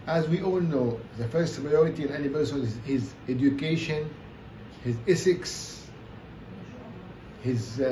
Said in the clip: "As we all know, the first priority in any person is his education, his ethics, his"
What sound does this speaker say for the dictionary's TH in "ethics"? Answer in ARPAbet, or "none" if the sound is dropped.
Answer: S